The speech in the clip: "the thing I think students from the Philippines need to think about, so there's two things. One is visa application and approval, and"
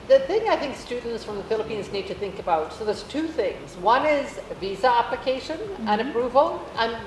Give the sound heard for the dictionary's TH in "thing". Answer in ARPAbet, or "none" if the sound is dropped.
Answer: TH